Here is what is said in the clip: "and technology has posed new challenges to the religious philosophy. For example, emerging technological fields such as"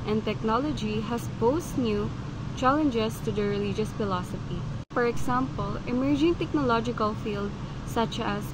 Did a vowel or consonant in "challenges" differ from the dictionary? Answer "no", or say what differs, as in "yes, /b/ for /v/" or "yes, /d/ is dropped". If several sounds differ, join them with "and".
yes, /s/ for /z/